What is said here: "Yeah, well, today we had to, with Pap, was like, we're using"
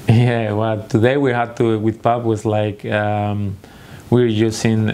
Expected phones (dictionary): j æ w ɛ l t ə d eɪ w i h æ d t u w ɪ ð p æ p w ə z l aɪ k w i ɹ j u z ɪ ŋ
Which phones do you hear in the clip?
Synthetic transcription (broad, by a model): j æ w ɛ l t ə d eɪ w i h æ d t u w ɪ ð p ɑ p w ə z l aɪ k w i ɹ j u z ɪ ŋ